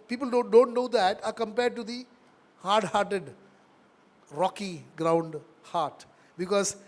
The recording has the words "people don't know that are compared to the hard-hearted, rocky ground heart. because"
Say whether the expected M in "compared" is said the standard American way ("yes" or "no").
yes